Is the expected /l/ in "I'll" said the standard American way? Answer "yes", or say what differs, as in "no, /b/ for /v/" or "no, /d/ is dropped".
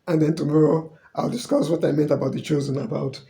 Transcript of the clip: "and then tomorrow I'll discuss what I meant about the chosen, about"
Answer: yes